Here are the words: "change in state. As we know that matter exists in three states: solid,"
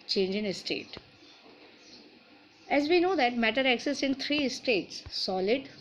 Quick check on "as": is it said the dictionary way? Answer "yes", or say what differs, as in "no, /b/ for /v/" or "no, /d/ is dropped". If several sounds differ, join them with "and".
yes